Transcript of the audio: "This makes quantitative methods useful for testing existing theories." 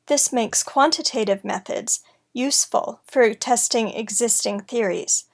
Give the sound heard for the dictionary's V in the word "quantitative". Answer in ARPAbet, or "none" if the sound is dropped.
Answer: V